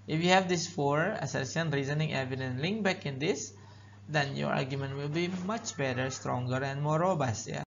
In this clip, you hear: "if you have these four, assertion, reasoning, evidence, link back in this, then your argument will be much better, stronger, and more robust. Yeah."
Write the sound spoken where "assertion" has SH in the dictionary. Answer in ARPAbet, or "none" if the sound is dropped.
S